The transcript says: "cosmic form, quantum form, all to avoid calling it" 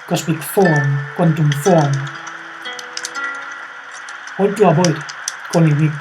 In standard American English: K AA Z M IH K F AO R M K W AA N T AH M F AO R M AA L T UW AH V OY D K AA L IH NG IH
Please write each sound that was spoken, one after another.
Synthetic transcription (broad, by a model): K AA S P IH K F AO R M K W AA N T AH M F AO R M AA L T UW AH B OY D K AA N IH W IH